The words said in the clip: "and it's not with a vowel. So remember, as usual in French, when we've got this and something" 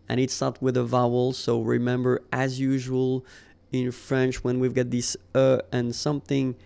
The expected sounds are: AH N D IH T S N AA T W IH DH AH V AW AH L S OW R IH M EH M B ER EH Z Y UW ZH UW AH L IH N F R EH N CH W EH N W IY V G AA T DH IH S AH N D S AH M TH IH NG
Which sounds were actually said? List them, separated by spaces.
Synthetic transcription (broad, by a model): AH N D IH T S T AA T W IH DH AH V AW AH L S OW R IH M EH M B ER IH Z Y UW ZH UW AH L IH N F R EH N CH W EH N W IY V G AA T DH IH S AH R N S AH M TH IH NG